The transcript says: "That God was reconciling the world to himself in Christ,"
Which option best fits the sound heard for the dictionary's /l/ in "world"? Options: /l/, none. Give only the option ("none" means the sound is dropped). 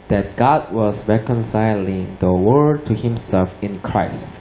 none